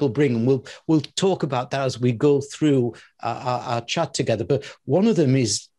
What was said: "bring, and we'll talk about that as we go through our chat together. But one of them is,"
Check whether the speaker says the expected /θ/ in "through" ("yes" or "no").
yes